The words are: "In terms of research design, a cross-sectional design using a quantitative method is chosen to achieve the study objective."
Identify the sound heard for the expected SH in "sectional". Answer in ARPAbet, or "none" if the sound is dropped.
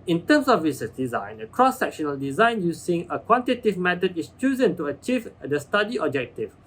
SH